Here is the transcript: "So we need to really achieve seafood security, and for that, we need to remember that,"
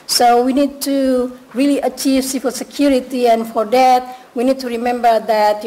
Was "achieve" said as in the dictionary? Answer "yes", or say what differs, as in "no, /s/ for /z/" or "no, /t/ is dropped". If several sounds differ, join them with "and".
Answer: yes